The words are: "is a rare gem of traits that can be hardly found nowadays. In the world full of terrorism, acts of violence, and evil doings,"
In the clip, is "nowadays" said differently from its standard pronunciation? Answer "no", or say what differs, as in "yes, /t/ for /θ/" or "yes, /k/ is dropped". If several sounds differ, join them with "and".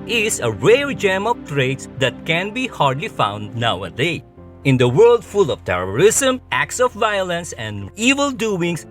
yes, /z/ is dropped